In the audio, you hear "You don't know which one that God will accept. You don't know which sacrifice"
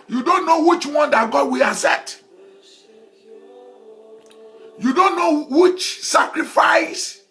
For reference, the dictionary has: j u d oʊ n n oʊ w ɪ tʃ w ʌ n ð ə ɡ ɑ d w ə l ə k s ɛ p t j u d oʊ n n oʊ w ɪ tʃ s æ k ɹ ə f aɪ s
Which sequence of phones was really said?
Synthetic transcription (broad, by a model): j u d oʊ n n oʊ w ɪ tʃ w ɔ n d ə ɡ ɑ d w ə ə s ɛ t j u d oʊ n n oʊ w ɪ tʃ s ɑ k ɹ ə f aɪ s